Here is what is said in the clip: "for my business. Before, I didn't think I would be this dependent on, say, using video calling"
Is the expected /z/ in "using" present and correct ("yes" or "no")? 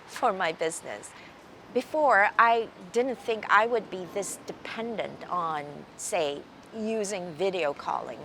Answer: yes